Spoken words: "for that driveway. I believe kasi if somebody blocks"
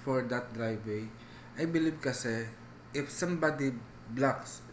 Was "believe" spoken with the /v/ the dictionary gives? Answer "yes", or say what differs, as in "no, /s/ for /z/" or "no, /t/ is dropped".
no, /b/ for /v/